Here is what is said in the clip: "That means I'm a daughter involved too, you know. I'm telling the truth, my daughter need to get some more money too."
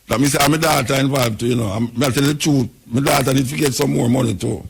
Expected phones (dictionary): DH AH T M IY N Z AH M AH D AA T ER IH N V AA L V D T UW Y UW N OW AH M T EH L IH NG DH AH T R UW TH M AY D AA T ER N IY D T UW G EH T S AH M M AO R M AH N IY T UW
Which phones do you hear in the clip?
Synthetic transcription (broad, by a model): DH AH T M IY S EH AH M AH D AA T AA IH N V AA V T UW Y UW N OW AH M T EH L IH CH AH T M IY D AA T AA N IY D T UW G EH T S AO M M AO R M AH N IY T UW